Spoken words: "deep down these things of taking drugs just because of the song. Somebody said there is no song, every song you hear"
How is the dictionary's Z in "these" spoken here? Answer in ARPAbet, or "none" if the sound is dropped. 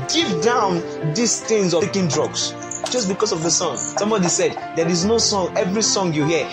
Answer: S